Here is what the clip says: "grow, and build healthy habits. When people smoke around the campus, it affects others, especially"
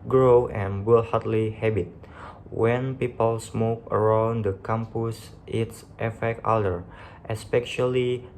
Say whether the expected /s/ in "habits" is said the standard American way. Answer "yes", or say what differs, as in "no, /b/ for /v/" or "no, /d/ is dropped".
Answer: no, /s/ is dropped